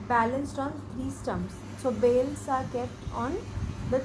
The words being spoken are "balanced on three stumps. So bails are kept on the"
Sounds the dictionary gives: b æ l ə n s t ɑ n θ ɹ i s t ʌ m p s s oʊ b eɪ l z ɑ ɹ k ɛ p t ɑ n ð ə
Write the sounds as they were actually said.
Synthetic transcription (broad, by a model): b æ l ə n s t ɑ n t ɹ i s t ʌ m s s oʊ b eɪ l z ɑ ɹ k ɛ p t ɑ n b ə